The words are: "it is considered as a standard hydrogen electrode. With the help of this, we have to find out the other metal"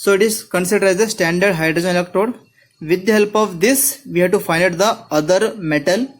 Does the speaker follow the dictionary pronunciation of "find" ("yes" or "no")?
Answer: no